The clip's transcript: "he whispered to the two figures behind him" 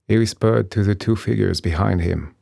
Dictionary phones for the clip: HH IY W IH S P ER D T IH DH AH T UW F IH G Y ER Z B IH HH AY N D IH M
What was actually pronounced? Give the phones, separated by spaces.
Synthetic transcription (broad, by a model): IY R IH S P ER D T IH DH AH T UW F IH G Y ER Z B IH HH AY N D IH M